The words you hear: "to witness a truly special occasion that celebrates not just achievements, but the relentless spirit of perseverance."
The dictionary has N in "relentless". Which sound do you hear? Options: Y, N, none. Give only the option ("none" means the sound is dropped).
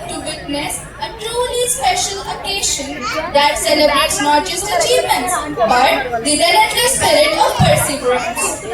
none